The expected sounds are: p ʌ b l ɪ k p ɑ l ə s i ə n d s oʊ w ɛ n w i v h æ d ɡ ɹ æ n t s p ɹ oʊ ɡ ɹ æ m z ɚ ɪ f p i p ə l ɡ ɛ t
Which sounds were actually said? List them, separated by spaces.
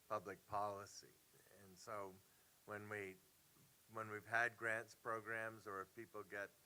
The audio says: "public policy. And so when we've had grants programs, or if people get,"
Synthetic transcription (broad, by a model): p ʌ b l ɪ k p ɑ l ə s i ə n s oʊ w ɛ n w i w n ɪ d ɡ ɹ æ n t s p ɹ oʊ ɡ ɹ æ m z ɚ ɪ f p i p l ɡ ɛ t